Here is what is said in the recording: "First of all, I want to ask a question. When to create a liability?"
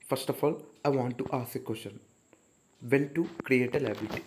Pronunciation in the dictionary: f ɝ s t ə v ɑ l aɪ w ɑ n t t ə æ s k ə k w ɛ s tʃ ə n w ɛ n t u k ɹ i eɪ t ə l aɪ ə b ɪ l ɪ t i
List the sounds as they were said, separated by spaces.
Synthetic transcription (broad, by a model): f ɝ s t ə f ɑ l aɪ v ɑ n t t ə s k ə k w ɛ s ʃ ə n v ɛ n t u k ɹ i eɪ t ə l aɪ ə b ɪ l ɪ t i